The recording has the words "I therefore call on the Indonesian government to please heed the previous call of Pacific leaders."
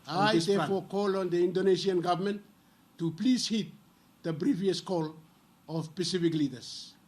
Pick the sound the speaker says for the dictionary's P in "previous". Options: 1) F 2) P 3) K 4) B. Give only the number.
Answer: 4